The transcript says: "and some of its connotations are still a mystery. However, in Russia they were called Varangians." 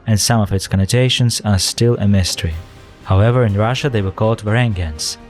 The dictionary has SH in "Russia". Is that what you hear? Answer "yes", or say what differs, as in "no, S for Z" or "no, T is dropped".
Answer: yes